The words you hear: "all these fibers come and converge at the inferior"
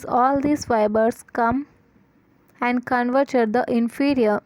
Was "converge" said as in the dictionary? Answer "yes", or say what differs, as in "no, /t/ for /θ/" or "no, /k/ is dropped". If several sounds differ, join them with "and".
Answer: no, /tʃ/ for /dʒ/